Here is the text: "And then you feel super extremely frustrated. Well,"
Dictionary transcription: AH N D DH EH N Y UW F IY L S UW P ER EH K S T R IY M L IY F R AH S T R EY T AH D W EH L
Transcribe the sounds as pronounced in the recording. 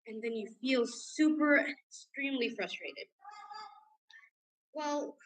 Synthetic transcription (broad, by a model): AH N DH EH N Y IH F IY L S UW P ER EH K S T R IY M L IY F R AH S T R EY T AH D W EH L